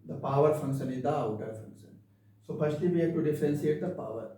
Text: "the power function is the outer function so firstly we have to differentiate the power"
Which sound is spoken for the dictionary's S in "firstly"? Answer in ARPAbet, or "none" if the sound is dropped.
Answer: SH